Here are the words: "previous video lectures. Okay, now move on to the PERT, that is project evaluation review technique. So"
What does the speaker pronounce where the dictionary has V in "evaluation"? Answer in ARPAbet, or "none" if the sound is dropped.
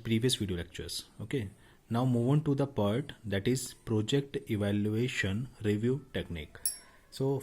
V